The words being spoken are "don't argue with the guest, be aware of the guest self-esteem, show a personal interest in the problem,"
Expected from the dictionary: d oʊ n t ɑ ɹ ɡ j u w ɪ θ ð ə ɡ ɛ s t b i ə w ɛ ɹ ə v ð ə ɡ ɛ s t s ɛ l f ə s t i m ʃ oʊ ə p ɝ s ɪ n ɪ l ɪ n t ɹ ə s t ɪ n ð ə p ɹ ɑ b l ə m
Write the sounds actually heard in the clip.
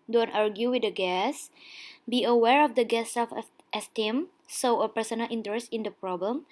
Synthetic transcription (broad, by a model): d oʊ n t ɑ ɹ ɡ j u w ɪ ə ɡ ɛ s b i ə w ɛ ɹ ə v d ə ɡ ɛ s s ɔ f ə s t i m s oʊ ə p ɝ s ɪ n ɪ l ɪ n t ɹ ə s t ɪ n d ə p ɹ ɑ b l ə m